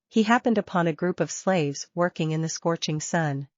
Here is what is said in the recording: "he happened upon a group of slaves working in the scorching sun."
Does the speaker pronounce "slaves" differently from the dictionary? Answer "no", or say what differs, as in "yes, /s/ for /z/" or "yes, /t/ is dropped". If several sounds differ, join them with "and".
no